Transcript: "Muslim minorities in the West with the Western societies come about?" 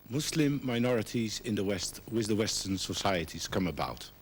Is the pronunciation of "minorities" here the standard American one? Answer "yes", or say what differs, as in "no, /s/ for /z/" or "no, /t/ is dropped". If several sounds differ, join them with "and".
yes